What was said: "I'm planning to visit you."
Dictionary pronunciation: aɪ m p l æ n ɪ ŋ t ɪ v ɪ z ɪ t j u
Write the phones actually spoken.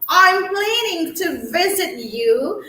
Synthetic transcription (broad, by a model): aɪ m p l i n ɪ ŋ t ɪ v ɪ z ɪ t j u